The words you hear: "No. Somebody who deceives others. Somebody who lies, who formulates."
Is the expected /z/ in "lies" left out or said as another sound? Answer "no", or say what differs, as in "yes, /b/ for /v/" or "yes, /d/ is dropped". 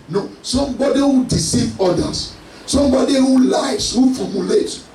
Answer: yes, /s/ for /z/